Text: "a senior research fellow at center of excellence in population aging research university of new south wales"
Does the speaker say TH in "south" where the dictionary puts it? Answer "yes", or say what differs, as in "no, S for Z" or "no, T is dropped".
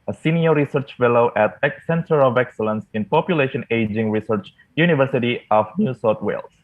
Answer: no, T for TH